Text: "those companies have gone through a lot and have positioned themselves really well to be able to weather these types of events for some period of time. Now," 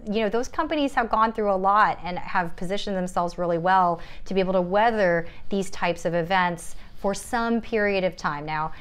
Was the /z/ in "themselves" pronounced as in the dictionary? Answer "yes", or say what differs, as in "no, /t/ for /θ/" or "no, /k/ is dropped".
yes